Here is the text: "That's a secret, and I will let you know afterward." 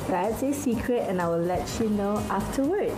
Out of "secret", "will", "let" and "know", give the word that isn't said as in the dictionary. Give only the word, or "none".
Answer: none